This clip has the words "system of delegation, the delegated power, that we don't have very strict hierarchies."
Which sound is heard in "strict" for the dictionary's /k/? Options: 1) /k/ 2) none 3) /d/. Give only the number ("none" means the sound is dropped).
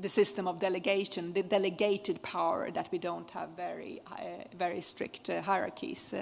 1